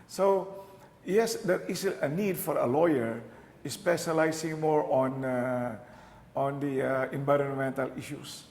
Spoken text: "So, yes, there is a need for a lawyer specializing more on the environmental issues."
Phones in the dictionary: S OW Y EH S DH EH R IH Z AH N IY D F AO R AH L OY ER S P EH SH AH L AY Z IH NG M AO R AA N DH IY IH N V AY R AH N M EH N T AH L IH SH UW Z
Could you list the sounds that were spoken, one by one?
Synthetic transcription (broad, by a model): S OW Y EH S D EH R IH S AH N IY D F AO R AH L OY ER S P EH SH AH L AY S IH NG M AO R AA N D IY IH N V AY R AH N M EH N T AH L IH SH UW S